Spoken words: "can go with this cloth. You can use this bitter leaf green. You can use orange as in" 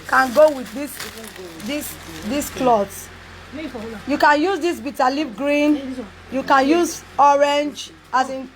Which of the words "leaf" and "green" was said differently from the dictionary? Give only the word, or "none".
leaf